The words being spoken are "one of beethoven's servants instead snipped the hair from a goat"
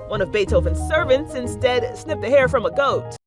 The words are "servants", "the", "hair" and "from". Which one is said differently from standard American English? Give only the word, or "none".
none